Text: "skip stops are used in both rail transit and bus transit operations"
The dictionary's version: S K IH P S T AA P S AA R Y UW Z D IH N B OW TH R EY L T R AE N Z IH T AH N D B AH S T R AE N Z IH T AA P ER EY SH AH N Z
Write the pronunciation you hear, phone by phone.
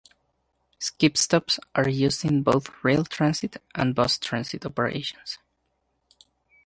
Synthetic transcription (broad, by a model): S K IH P S T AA P S AA R Y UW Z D IH N B OW TH R EY L T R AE N S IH T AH N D B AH S T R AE N S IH T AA P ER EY SH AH N S